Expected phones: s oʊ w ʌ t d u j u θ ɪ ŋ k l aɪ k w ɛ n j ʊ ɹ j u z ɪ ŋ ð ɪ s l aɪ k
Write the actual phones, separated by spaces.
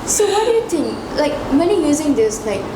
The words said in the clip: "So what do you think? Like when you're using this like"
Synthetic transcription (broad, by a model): s oʊ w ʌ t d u j u t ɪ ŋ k l aɪ k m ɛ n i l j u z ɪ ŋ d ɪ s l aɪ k